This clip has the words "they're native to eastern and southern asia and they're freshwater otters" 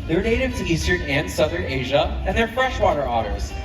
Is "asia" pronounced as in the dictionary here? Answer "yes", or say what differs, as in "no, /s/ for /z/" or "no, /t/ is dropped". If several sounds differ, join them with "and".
yes